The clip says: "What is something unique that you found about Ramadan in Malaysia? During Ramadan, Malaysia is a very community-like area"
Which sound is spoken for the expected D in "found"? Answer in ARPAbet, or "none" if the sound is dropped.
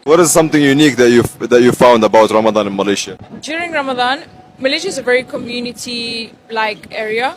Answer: D